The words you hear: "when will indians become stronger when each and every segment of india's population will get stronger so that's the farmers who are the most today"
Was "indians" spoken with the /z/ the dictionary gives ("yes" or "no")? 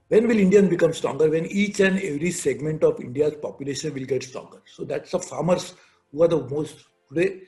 no